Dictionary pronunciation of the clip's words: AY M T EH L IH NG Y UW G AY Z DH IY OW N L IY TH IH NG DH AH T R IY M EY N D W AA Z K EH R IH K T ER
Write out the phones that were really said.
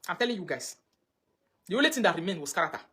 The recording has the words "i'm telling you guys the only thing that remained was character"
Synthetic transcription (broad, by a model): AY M T EH L IH NG Y UW G AY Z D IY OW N L IY T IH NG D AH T R IY M EY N W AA S K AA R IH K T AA